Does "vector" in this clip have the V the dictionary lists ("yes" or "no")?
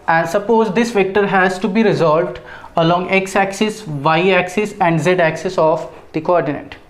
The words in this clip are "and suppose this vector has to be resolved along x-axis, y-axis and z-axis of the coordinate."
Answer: yes